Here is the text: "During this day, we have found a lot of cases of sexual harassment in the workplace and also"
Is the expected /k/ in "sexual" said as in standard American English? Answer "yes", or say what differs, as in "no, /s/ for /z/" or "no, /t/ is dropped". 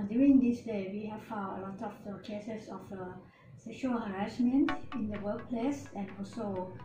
no, /k/ is dropped